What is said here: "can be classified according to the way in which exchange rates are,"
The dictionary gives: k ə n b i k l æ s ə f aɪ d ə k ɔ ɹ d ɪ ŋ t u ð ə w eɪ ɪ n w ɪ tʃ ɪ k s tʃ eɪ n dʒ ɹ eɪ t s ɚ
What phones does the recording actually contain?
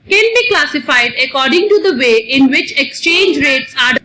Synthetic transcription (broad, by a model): k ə n b i k l æ s ə f aɪ d ə k ɔ ɹ d ɪ ŋ t u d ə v eɪ ɪ n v ɪ tʃ ɪ k s tʃ eɪ n dʒ ɹ eɪ t s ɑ